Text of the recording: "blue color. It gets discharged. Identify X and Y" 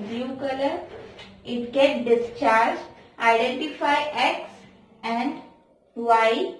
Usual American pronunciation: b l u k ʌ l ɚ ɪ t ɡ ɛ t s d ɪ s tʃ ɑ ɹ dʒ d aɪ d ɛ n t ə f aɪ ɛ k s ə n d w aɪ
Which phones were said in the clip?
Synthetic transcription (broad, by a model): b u k ʌ l ɚ ɪ t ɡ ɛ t d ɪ s tʃ ɑ ɹ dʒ aɪ d ɛ n t ə f aɪ ɛ k s ə n d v aɪ